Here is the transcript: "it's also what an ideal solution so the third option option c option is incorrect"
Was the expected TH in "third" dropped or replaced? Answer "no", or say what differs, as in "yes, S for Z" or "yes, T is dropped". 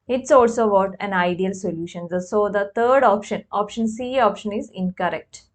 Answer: yes, T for TH